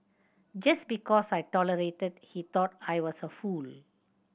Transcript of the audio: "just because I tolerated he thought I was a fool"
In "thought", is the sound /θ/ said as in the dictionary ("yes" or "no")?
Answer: no